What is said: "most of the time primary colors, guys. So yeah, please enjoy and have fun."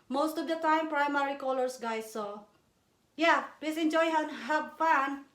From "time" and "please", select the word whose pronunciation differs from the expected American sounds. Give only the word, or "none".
please